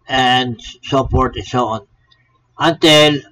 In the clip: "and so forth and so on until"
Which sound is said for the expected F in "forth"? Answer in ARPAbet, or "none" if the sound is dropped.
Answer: P